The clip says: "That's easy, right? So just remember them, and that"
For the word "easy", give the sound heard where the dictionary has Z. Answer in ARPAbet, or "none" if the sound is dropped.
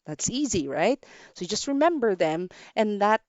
Z